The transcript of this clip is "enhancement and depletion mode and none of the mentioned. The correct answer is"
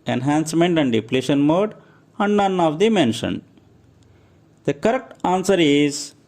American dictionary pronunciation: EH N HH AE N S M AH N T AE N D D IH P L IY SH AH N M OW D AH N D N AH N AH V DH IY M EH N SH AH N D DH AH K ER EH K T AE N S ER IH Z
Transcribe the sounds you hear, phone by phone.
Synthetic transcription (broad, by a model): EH N HH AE N S M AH N T AE N D D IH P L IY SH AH N M OW D AH N D N AH N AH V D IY M EH N SH AH N D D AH K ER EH K T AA N S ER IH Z